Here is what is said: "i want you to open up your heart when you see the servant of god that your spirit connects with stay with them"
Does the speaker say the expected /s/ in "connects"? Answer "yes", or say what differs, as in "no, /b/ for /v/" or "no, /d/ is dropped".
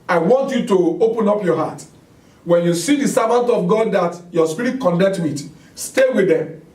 no, /s/ is dropped